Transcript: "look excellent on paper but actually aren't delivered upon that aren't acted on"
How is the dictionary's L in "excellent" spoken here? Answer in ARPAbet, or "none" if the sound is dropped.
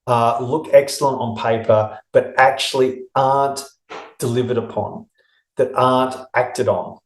L